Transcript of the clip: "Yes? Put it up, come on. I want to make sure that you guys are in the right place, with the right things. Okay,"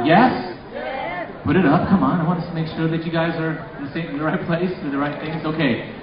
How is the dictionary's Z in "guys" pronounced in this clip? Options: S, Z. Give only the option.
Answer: Z